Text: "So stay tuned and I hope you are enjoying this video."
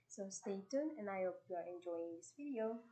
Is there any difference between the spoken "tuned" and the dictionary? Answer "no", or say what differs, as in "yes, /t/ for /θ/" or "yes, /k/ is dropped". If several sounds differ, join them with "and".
yes, /d/ is dropped